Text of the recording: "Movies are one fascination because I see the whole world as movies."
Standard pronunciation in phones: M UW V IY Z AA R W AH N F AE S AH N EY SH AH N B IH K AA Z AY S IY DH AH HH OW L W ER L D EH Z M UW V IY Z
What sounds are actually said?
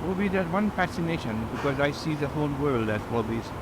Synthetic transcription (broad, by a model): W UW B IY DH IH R W AH N F AE S AH N EY SH AH N B IH K AA Z AY S IY DH AH HH OW L W ER L D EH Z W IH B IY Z